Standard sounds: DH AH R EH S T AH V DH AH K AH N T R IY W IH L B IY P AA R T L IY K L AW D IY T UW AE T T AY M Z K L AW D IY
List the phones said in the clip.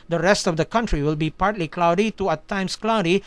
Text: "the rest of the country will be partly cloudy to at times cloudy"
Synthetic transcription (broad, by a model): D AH R EH S T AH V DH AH K AH N T R IY W IH L B IY P AA R T L IY K L AW D IY T UW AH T T AY M S K L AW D IY